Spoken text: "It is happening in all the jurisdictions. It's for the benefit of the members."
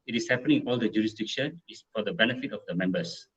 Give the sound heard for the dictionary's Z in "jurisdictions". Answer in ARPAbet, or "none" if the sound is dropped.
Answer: none